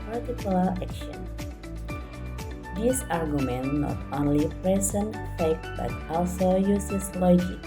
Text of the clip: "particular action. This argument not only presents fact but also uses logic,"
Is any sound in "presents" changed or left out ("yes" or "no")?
yes